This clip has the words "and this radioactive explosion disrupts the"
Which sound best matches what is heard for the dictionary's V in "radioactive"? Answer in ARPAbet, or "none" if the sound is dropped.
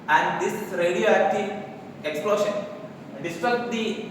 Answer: none